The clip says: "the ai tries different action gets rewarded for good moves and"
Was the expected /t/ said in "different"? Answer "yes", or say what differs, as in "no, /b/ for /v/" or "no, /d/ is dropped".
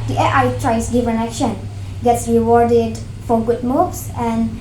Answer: no, /t/ is dropped